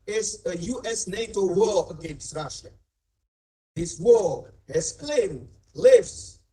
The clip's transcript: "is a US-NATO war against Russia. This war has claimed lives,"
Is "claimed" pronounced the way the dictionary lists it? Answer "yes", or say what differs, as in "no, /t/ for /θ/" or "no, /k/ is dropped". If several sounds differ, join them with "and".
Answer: yes